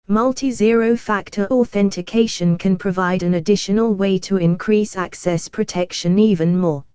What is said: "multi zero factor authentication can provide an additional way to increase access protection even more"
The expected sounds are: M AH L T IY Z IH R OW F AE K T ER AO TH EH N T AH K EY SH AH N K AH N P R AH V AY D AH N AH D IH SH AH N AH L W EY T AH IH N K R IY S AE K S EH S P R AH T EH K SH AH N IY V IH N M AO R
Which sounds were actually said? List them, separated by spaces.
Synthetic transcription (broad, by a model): M AH L T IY Z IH R OW F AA K T ER AO TH EH N T AH K EY SH AH N K AH N P R AH V AY D AH N AH D IH SH AH N AH L W EY T AH IH N K R IY S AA K S EH S P R AH T EH K SH AH N IY V IH N M AO